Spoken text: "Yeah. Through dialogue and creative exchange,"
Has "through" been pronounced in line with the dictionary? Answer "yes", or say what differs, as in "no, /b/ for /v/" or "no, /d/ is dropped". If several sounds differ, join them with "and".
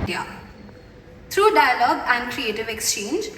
no, /t/ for /θ/